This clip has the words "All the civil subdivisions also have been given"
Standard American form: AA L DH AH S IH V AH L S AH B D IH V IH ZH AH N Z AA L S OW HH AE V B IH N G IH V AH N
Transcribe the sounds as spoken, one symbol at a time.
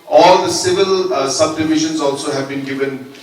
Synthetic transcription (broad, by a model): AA L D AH S IH V AH L S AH B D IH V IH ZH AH N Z AA L S OW HH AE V B IH N G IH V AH N